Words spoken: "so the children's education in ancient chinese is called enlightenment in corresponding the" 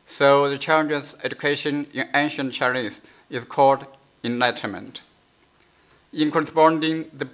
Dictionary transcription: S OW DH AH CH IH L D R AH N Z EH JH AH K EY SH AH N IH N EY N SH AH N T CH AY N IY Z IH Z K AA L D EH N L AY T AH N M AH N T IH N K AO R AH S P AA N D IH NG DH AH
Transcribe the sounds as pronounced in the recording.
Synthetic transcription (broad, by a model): S OW DH AH CH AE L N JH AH Z EH JH AH K EY SH AH N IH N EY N SH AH N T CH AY L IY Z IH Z K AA L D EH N AY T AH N M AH N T IH N K AO R AH S P AA N D IH NG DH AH